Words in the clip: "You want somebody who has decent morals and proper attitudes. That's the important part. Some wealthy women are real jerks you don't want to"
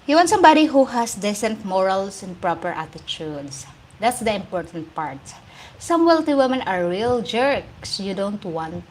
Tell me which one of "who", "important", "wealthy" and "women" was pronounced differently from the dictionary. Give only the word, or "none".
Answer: wealthy